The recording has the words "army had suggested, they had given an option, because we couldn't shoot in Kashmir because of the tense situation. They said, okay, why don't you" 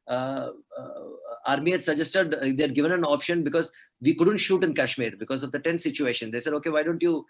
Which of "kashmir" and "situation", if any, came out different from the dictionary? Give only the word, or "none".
none